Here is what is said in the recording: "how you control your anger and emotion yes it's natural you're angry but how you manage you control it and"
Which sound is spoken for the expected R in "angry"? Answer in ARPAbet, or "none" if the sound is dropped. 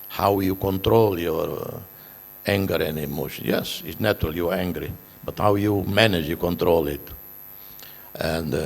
R